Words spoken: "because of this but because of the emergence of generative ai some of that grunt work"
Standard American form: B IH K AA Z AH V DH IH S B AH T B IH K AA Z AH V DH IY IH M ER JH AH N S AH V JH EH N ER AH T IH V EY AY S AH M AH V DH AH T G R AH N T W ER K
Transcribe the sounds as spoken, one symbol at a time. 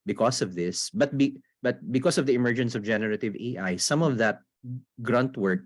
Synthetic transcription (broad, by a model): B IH K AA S AH V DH IH S B AH T B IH K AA S AH V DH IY IH M ER JH AH N S AH V JH EH N ER AH T IH V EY AY S AH M AH V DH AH T G R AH N T W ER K